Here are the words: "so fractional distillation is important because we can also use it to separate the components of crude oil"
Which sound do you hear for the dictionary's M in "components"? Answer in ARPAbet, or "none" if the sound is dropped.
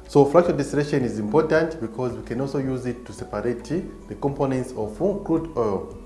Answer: M